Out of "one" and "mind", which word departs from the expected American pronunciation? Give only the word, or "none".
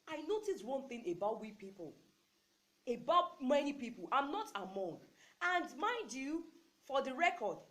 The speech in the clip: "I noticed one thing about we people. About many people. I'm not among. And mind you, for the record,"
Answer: mind